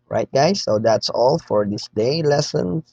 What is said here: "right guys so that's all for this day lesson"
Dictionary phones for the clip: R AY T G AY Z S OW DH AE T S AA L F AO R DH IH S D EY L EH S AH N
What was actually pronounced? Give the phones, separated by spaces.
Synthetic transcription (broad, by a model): R AY T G AY S OW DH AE T S AA L F AO R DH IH S D EY L EH S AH N